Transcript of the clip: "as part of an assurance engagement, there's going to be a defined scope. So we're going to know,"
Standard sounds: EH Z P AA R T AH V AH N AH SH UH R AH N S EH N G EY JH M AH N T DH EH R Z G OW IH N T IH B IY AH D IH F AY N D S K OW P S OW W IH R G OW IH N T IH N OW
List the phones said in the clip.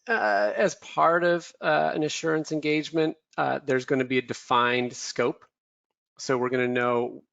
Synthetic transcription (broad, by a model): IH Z P AA R T AH V AH N AH SH UH R AH N S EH N G EY JH M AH N T DH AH R Z G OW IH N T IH B IY AH D IH F AY N D S K OW P S OW W IH R G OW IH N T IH N OW